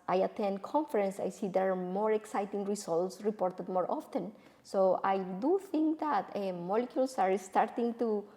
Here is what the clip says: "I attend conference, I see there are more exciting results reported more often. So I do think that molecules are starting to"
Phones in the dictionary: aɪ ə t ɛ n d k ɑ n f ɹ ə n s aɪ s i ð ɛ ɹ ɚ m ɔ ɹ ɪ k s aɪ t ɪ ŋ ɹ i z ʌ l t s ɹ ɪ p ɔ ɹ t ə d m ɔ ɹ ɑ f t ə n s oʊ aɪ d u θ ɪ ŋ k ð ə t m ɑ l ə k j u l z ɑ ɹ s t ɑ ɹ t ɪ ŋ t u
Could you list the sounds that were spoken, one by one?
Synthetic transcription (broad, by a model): aɪ ə t ɛ n d k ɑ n f ɹ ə n s aɪ s i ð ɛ ɹ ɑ m ɔ ɹ ɪ k s aɪ t ɪ ŋ ɹ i s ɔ l t s ɹ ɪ p ɔ ɹ t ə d m ɔ ɹ ɑ f t ə n s oʊ aɪ d u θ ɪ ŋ k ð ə t m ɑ l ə k j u l s ɑ ɹ s t ɑ ɹ t ɪ ŋ t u